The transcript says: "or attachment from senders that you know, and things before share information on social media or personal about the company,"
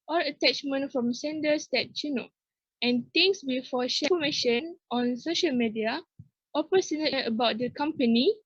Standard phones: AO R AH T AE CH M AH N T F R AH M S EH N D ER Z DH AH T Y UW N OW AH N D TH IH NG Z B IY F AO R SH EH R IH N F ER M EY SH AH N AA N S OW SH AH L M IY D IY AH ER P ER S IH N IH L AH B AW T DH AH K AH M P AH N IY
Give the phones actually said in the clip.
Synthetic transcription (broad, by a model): AO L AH T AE CH M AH N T F R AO M S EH N D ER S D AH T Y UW N OW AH N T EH NG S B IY F AO SH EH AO M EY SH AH N AA N S OW SH AH L M IY D IY AH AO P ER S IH N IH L AH B AW T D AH K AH M P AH N IY